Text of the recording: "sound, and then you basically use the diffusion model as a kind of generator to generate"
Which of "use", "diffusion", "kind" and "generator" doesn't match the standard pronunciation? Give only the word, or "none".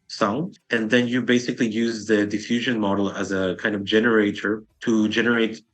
none